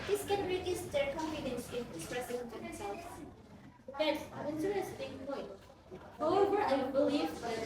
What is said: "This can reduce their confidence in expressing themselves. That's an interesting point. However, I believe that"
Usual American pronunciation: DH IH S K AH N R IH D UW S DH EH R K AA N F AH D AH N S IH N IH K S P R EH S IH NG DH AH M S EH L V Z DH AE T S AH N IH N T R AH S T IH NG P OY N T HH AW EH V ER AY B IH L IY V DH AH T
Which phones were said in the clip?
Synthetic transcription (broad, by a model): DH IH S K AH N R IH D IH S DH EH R K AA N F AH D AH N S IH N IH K S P R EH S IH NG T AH S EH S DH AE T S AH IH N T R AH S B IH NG P OY N T HH AW EH V ER AY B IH L IY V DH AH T